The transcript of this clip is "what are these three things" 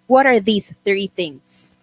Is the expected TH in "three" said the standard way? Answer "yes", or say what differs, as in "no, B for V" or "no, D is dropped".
yes